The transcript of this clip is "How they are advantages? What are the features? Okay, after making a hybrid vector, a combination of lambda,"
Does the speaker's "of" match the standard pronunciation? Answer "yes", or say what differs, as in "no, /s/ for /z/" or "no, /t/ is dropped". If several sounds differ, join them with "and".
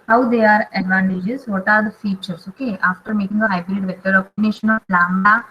no, /p/ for /v/